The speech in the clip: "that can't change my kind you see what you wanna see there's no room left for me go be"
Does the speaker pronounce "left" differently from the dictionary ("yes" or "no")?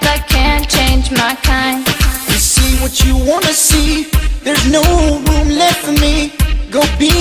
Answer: yes